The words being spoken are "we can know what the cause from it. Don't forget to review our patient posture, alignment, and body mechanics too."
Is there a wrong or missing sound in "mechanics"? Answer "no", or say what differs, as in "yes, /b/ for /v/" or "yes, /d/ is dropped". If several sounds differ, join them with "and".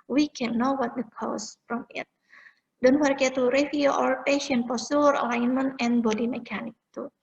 yes, /s/ is dropped